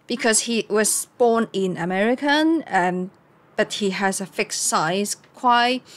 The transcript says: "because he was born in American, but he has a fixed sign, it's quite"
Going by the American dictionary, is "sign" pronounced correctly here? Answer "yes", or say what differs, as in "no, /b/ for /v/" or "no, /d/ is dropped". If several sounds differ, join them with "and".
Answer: no, /n/ is dropped